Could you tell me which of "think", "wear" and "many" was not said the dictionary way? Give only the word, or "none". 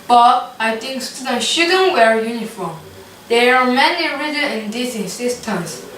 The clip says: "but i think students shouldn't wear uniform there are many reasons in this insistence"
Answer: think